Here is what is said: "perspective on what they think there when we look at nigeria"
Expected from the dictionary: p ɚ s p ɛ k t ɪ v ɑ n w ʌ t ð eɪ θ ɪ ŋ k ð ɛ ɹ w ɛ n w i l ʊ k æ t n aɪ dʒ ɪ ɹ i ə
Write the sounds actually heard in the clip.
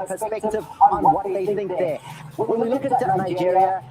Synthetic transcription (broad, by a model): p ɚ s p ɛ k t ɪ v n w ʌ t ð eɪ θ ɪ ŋ k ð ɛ w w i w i l ʊ k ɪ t n aɪ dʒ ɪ ɹ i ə